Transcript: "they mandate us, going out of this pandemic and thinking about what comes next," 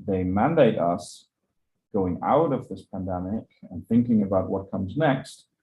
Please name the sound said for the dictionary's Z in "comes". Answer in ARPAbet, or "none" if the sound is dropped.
Z